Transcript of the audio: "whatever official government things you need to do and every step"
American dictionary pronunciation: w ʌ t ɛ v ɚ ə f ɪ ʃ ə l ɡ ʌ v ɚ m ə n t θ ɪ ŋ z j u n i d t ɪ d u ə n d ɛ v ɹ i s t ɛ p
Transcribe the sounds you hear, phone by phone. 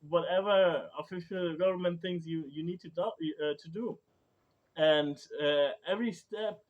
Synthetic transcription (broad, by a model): w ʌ t ɛ v ɚ ə f ɪ ʃ ə l ɡ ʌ v ɚ m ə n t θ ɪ ŋ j j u n i d t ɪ d u ə n d ɛ v ɹ i s t ɛ p